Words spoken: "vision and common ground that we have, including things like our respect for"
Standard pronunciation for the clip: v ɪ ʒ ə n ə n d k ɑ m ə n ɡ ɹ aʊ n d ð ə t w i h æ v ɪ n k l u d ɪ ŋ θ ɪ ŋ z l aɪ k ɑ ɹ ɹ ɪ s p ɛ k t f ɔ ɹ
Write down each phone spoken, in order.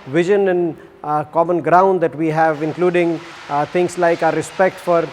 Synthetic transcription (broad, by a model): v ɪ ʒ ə n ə n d k ɑ m ə n ɡ ɹ aʊ n d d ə t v i h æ v ɪ n k l u d ɪ ŋ t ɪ ŋ s l aɪ k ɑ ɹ ɹ ɪ s p ɛ k t f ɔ ɹ